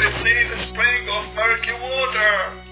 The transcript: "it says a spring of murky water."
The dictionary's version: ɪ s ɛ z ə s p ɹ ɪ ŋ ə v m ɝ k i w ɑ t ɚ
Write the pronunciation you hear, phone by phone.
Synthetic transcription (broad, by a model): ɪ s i ə s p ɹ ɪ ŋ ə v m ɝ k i w ɑ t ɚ